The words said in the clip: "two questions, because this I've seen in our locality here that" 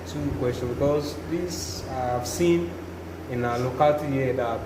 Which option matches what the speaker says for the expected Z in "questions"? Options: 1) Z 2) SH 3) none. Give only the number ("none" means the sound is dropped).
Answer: 3